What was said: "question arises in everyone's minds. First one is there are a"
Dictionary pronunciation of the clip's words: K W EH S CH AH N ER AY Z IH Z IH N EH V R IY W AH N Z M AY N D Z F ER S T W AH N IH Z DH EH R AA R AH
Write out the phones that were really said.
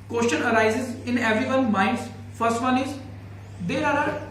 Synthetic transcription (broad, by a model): K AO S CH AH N ER AY Z IH Z IH N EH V R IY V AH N M AY N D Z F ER S T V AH N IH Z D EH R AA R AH